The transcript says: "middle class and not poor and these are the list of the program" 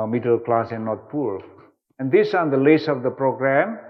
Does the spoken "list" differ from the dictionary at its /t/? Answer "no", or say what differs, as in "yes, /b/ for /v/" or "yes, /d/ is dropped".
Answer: yes, /t/ is dropped